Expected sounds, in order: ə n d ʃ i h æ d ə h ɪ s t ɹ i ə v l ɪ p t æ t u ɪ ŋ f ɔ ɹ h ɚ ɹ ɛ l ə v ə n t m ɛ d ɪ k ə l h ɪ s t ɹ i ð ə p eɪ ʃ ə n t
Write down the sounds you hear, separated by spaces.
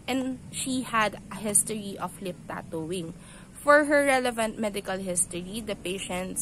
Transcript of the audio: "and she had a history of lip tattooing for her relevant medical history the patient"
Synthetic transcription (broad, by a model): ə n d ʃ i h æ d ə h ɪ s t ɹ i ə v l ɪ p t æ t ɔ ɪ ŋ f ɔ ɹ h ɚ ɹ ɛ l ə v ə n t m ɛ d ɪ k ə l h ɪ s t ɹ i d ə p eɪ ʃ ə n t